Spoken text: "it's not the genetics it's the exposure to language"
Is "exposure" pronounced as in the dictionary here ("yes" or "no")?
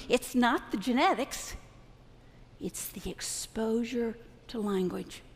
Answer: yes